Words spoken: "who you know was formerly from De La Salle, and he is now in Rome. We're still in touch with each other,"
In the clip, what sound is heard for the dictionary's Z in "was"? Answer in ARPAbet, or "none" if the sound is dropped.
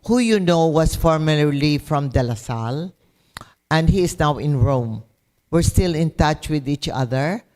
S